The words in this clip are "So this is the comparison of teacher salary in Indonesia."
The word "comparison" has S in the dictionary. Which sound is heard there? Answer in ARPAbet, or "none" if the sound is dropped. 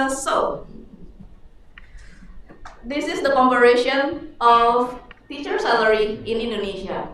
SH